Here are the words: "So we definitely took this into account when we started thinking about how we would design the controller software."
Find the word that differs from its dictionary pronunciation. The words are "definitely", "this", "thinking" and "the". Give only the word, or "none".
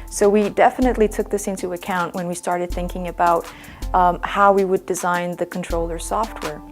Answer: none